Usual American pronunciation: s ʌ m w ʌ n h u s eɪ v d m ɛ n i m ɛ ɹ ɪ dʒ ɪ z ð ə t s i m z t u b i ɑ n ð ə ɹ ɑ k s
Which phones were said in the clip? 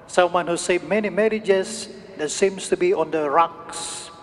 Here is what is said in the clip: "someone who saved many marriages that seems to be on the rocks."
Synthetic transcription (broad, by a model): s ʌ m w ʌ n h u s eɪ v m ɛ n i m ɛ ɹ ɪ dʒ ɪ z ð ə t s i m s t u b i ɑ n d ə ɹ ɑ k s